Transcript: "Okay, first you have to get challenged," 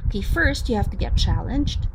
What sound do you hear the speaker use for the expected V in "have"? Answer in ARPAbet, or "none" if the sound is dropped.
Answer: F